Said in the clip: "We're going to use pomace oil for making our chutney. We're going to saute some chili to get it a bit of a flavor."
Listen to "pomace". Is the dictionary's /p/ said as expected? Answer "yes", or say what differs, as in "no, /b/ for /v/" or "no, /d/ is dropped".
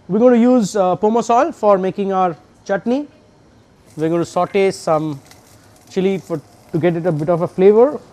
yes